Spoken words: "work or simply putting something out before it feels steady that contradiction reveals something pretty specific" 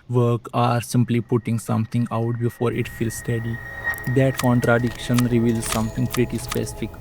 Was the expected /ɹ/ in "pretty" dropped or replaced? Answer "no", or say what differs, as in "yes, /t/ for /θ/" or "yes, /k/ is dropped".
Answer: no